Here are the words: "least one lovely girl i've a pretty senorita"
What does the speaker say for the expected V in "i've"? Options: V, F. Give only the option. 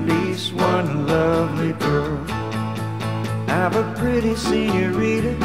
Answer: V